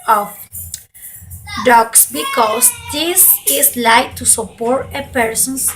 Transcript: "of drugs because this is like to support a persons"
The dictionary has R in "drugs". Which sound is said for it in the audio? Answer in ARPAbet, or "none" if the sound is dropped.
none